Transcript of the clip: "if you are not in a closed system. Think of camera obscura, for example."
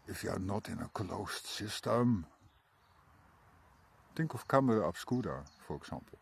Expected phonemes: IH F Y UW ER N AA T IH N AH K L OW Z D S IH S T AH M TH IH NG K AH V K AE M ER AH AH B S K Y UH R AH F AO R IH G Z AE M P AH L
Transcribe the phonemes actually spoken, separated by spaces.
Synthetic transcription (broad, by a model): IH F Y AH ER N AA T IH N AH K L OW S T S IH S T AH M T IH NG K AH F K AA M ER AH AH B S K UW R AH F AO R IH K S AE M P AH L